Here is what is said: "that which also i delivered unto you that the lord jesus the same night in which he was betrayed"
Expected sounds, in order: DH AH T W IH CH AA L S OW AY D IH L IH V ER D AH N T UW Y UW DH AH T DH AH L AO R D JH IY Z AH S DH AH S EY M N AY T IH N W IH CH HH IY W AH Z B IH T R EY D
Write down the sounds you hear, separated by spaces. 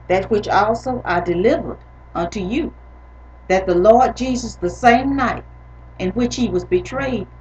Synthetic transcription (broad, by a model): DH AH T W IH CH AA L S OW AY D IH L IH V ER D AH N T UW Y UW DH AH T DH AH L AO R D JH IY Z AH S DH AH S EY M N AY T IH N W IH CH HH IY W AH Z B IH T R EY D